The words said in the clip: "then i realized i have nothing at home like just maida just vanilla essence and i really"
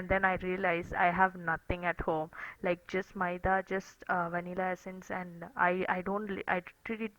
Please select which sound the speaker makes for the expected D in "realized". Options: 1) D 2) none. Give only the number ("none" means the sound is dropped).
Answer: 2